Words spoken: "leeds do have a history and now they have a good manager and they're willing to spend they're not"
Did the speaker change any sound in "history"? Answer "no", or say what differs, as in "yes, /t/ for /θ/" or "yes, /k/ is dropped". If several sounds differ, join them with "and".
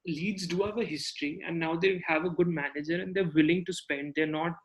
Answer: no